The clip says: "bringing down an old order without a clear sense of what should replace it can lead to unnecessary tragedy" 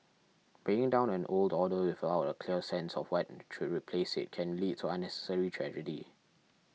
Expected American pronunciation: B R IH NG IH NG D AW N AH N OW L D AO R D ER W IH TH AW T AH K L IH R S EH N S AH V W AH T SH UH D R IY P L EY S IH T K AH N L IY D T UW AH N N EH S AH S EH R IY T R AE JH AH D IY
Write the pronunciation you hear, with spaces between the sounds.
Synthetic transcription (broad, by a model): B R IH NG IH NG D AW N AH N OW L D AO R D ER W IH F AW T AH K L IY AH S EH N S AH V W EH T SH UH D R IY P L EY S IH T K AH N L IY D T UW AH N N EH S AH S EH R IY T R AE JH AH D IY